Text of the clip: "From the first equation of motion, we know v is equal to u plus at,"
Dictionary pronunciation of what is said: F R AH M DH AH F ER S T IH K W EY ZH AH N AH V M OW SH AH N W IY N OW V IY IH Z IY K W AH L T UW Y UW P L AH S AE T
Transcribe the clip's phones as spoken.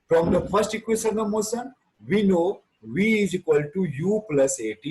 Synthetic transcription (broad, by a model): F R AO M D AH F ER S T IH K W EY S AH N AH M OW S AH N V IY N OW V IY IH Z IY K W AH L T UW Y UW P L AH S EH T